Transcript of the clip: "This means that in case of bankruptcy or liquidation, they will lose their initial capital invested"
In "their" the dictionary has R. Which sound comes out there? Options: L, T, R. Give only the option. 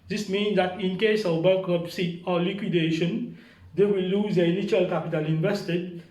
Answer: L